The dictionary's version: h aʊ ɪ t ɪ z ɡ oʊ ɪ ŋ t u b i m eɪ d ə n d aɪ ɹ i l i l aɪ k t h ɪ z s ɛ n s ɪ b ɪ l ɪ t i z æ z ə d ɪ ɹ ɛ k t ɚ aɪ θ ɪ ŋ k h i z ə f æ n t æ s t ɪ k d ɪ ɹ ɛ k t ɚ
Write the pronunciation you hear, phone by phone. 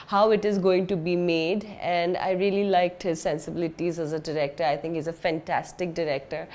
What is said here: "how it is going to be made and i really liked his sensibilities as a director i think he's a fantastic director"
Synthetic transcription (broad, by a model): h aʊ ɪ t ɪ z ɡ oʊ ɪ ŋ t u b i m eɪ d ə n d aɪ ɹ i l i l aɪ k t h ɪ z s ɛ n s ɪ b ɪ l ɪ t i z æ z ə d ɪ ɹ ɛ k t ɚ aɪ t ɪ ŋ k h i z ə f æ n t æ s t ɪ k d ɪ ɹ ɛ k t ɚ